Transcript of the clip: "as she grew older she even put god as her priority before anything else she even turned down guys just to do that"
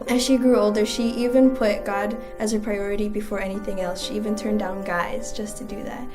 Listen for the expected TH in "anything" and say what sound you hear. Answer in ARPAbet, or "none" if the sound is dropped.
TH